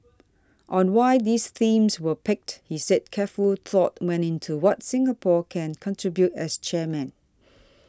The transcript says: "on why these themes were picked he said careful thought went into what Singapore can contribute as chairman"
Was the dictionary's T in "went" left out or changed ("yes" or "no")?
yes